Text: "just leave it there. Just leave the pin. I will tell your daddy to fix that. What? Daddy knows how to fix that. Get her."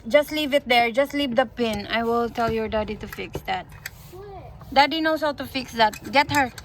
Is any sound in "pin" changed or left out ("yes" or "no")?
no